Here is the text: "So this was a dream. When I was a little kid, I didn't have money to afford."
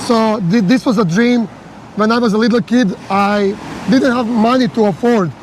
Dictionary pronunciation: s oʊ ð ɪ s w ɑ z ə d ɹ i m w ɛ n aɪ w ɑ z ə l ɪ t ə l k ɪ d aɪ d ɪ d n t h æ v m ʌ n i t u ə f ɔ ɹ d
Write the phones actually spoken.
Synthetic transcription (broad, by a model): s oʊ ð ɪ s w ɑ z ə d ɹ i m w ɛ n aɪ w ɑ z ə l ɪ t l k ɪ d aɪ d ɪ d n t h æ v m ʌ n i t u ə f ɔ ɹ d